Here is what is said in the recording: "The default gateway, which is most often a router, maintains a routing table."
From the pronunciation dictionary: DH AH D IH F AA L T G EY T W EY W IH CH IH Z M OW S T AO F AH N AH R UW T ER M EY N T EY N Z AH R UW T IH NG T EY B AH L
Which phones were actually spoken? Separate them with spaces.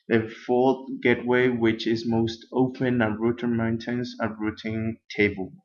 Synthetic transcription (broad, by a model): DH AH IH F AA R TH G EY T W EY W IH CH IH Z M OW S T AO P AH N AH R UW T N M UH N T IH N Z AH R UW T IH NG T EY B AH L